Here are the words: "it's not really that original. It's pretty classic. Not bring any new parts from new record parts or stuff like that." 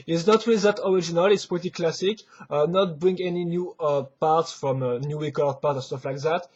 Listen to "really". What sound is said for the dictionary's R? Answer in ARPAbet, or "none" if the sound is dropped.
W